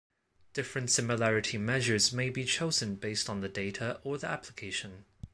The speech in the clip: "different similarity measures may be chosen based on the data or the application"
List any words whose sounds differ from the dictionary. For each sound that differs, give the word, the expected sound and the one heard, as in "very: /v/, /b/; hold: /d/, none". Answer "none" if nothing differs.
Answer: none